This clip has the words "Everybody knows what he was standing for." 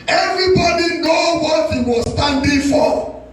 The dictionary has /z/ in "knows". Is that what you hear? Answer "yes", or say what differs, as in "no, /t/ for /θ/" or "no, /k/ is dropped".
no, /z/ is dropped